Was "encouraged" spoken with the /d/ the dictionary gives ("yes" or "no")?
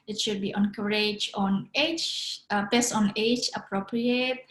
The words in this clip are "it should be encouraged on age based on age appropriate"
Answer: no